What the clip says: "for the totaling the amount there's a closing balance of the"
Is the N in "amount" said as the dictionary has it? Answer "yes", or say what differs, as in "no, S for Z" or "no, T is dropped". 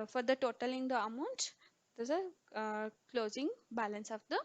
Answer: yes